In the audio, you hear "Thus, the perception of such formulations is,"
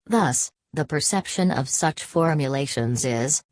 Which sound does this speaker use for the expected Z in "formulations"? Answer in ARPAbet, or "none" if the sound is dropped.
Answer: Z